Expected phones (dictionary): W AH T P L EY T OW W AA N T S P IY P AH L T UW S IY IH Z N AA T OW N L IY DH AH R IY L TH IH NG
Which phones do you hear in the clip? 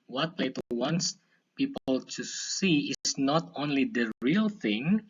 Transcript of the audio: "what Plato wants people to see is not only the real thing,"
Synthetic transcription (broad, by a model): W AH T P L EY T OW W AA N T S P IY P AH L T UW S IY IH S N AA T OW N L IY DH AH R IY L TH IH NG